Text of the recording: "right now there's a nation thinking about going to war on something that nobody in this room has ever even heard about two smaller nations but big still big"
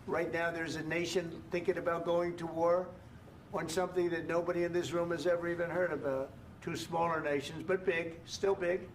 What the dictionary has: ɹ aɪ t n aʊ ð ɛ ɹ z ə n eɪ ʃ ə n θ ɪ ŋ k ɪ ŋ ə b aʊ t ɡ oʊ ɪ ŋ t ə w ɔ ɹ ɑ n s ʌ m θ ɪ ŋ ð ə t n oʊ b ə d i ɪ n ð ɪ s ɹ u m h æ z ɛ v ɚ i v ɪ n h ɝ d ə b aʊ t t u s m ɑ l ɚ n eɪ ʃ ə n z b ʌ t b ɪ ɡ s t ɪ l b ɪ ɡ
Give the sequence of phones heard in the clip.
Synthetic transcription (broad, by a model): ɹ aɪ t n aʊ ð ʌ ɹ z ə n eɪ ʃ ə n θ ɪ ŋ k ɪ ŋ ə b aʊ t ɡ oʊ ɪ ŋ t ə w ɔ ɹ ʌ n s ʌ m θ ɪ ŋ ð ə t n oʊ b ə d i ɪ n ð ɪ s ɹ u m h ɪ z ɛ v ɚ i v ɪ n h ɝ d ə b aʊ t t u s m ɑ l ɚ n eɪ ʃ ə n z b ʌ t b ɪ ɡ s t ɪ l b ɪ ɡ